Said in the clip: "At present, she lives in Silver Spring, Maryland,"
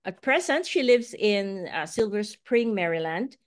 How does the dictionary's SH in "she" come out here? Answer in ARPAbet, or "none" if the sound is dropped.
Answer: SH